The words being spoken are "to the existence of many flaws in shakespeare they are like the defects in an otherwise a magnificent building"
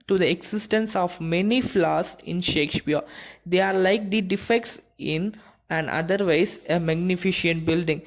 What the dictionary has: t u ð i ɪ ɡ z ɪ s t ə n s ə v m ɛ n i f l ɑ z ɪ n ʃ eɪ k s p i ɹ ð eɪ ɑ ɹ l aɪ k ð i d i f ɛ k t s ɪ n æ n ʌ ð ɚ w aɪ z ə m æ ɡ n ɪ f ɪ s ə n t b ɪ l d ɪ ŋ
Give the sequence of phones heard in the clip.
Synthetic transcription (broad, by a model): t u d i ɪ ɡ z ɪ s t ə n s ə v m ɛ n i f l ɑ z ɪ n ʃ eɪ k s p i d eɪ ɑ ɹ l aɪ k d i d i f ɛ k t s ɪ n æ n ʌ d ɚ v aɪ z ə m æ ɡ n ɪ f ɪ ʃ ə n t b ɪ l d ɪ ŋ